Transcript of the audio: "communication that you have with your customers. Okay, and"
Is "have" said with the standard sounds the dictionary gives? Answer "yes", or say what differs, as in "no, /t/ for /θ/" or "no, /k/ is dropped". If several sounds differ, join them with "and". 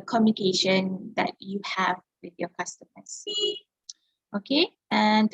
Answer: yes